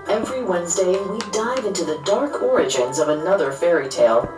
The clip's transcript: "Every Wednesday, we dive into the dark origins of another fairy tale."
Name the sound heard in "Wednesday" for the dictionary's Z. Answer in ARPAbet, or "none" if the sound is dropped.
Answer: Z